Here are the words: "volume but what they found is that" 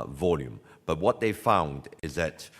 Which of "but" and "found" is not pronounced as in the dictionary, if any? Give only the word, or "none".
none